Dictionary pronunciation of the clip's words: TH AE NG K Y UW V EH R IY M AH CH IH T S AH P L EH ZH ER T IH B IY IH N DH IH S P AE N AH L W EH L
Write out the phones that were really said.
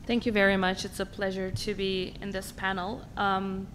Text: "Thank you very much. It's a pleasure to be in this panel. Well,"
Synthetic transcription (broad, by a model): TH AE NG K Y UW V EH R IY M AH CH IH T S AH P L EH ZH ER T IH B IY IH N DH IH S P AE N L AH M